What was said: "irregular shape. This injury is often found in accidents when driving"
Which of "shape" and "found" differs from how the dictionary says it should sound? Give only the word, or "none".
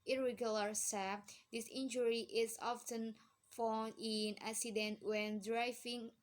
shape